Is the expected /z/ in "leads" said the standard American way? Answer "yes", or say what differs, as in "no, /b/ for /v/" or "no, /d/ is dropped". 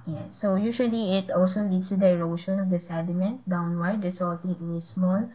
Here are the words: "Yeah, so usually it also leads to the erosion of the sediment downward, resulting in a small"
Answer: no, /s/ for /z/